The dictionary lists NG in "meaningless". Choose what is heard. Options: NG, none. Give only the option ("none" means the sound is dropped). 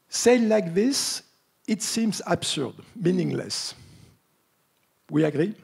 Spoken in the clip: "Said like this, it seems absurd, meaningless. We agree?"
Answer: NG